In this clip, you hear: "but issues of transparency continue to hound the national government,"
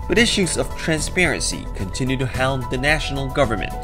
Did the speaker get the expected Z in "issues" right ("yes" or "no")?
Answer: yes